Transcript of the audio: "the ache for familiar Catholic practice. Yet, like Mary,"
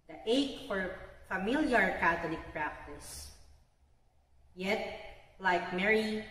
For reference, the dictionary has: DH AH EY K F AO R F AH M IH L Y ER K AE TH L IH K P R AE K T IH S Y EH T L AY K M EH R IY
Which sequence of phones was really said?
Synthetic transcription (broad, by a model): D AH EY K F AO R F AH M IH L Y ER K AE T L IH K P R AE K T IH S Y EH T L AY K M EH R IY